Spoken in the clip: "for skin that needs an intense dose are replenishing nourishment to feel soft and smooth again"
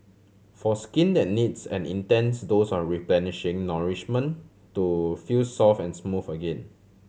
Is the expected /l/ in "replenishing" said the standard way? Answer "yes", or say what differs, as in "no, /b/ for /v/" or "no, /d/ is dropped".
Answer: yes